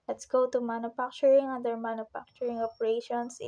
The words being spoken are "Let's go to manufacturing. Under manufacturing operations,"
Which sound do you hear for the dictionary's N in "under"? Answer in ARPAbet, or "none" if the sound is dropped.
none